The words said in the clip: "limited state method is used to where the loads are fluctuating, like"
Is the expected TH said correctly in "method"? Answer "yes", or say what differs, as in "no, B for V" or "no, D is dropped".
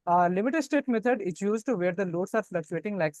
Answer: no, T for TH